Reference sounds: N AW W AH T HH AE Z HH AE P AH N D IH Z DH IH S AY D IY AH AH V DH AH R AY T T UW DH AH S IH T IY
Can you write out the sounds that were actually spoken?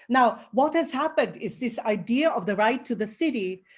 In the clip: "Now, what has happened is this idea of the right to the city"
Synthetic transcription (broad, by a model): N AW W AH T HH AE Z HH AE P AH N D IH Z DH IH S AY D IY AH AH V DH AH R AY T T UW DH AH S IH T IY